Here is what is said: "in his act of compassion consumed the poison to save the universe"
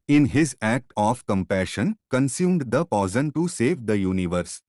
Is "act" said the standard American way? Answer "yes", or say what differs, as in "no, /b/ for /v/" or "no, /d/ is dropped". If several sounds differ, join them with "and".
yes